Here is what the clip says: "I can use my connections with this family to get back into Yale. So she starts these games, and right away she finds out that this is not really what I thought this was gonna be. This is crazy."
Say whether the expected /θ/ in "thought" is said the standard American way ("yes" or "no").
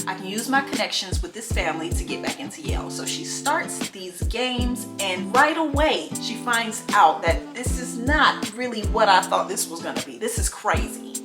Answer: yes